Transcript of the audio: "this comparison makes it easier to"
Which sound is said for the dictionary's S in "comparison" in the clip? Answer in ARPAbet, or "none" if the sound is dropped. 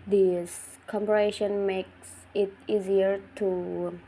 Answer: SH